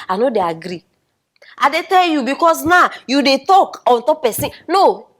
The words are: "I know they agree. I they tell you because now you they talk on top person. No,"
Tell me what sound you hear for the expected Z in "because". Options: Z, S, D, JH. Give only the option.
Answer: S